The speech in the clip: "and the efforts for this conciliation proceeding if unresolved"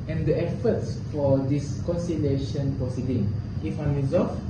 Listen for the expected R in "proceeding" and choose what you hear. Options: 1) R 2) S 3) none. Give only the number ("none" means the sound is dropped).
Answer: 3